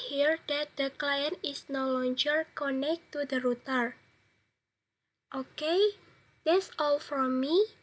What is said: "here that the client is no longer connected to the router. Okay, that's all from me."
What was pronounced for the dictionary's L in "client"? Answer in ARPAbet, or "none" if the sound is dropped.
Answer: L